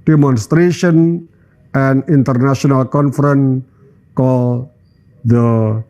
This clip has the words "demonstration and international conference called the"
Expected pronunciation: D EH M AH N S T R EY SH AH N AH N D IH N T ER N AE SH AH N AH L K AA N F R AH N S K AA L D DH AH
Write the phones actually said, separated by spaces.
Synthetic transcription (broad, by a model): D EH M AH N S T R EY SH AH N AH N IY N T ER N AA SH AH N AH L K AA N F R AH N K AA L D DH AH